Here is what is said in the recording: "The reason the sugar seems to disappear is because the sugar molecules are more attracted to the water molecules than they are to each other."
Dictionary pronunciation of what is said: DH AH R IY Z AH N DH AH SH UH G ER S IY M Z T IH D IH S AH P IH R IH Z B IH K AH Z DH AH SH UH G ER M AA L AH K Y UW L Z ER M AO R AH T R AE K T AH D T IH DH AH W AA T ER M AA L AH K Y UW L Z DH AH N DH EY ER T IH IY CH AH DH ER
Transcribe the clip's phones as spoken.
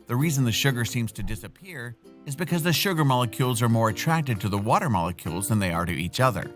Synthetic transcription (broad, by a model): DH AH R IY Z AH N DH AH SH UH G ER S IY M Z T IH D IH S AH P IH R IH Z B IH K AH Z DH AH SH UH G ER M AA L AH K Y UW L Z ER M AO R AH T R AE K T AH D T IH DH AH W AA T ER M AA L AH K Y UW L Z DH AH N DH EY ER T IH IY CH AH DH ER